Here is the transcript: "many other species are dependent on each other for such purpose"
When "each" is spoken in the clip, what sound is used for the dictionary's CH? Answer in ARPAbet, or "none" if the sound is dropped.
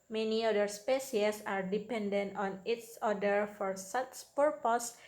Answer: S